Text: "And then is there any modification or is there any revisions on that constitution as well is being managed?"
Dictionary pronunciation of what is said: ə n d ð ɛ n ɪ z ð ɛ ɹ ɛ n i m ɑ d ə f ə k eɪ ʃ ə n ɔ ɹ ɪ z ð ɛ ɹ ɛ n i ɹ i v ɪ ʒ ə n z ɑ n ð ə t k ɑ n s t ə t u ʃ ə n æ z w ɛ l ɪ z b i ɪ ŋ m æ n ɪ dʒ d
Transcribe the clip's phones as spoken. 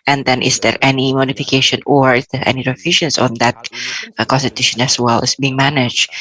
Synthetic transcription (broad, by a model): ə n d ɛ n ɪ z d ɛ ɹ ɛ n i m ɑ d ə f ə k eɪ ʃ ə n ɔ ɹ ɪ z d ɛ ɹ ɛ n i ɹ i f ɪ ʃ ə n s ɑ n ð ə t k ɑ n s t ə t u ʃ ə n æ s w ɛ l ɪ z b i ɪ ŋ m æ n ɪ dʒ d